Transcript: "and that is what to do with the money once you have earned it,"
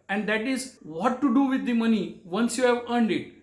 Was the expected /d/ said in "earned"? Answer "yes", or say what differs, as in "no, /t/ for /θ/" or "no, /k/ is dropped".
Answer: yes